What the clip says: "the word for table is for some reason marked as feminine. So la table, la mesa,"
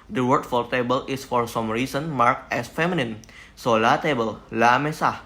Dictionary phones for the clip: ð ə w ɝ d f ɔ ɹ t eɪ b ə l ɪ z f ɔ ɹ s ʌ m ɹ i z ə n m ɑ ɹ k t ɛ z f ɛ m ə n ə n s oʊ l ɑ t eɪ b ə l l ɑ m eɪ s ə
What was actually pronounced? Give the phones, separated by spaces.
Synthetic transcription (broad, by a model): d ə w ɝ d f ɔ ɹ t eɪ b ə l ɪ s f ɔ ɹ s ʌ m ɹ i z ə n m ɑ ɹ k ɛ s f ɛ m ə n ə n s oʊ l ɑ t eɪ b ə l l ɑ m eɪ s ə